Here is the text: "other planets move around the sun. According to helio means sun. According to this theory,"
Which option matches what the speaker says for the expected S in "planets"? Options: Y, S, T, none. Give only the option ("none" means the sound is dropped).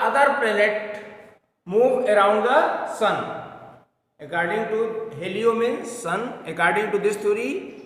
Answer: none